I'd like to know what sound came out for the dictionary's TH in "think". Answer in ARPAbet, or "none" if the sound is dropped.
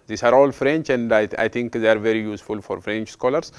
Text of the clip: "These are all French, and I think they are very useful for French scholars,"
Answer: T